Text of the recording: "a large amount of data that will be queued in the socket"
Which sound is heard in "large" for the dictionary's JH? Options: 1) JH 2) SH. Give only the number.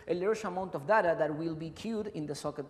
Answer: 2